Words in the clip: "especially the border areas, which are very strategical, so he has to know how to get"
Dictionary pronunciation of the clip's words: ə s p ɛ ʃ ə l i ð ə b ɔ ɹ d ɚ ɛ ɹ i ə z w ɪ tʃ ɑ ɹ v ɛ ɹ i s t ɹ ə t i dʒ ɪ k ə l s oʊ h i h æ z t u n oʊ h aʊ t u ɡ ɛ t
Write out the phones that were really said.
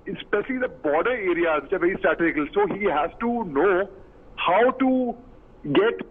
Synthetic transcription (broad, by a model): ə s p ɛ ʃ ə l i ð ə b ɔ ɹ d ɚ ɛ ɹ i ə z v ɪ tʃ ɑ ɹ v ɛ ɹ i s t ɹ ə t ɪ ɪ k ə l s oʊ h i h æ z t u n oʊ h aʊ t u ɡ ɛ t